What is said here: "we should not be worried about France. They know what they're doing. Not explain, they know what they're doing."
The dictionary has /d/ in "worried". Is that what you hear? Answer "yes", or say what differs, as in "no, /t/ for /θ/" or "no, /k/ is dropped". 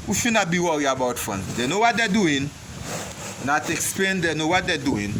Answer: no, /d/ is dropped